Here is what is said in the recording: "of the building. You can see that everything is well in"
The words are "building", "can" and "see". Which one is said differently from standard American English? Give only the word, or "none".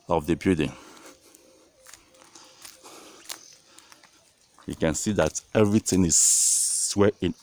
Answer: building